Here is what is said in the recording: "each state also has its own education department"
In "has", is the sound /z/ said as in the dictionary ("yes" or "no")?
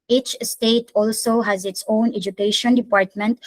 yes